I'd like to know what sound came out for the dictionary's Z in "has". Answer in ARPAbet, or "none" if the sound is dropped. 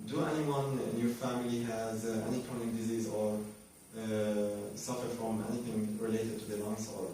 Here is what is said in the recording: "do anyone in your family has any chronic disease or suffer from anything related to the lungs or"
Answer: Z